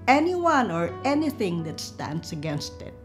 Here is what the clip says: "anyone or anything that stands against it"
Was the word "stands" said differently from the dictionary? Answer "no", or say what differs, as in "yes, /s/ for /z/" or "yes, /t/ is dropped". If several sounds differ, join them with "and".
yes, /s/ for /z/